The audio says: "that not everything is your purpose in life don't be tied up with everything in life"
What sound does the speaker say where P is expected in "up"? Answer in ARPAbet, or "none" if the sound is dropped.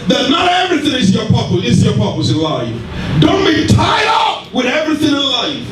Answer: F